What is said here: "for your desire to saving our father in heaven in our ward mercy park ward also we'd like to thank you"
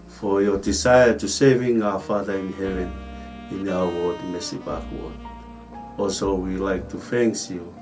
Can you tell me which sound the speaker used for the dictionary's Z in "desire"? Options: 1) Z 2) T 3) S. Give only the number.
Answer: 3